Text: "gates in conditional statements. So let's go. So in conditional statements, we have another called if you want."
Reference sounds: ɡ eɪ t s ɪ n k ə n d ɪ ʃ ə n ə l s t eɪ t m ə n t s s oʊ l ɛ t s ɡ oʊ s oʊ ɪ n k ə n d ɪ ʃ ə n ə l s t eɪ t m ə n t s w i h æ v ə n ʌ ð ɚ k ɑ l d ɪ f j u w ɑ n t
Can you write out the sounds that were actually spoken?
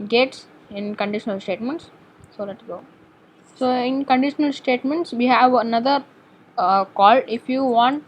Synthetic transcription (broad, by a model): ɡ eɪ t s ɪ n k ə n d ɪ ʃ ə n ə l s t eɪ t m ə n t s s oʊ l ɛ t s ɡ oʊ s oʊ ɪ n k ə n d ɪ ʃ ə n ə l s t eɪ t m ə n t s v i h æ v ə n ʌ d ɚ k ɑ l ɪ f j u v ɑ n t